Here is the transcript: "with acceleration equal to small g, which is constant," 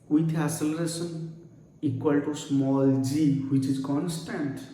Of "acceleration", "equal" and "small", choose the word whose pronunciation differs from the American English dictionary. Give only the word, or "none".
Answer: acceleration